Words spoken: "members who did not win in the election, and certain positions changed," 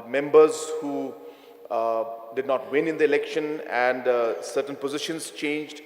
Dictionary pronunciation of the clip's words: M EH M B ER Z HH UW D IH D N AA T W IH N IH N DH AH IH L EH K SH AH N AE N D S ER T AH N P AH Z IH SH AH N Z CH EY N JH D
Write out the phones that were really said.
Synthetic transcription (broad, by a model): M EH M B ER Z HH UW D IH D N AA T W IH N IH N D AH IH L EH K SH AH N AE N D S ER T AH N P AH Z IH SH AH N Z CH EY N JH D